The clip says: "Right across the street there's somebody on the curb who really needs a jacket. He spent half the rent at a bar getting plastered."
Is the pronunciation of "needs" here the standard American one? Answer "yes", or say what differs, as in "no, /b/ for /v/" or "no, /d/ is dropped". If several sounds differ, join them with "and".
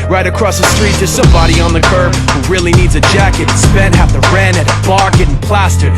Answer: yes